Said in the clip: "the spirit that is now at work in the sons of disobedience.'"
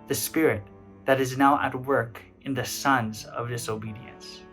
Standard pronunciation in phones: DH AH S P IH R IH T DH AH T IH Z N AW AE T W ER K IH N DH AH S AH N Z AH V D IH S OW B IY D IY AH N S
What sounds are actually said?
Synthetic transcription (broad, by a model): DH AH S P IH R IH T DH AH T IH Z N AW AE T W ER K IH N DH AH S AH N Z AH V D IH S OW B IY D IY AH N S